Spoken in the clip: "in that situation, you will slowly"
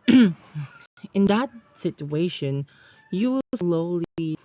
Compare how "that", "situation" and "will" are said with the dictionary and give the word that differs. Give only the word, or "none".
will